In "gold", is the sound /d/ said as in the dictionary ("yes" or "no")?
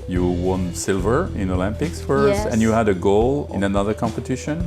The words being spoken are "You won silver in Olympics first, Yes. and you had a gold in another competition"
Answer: no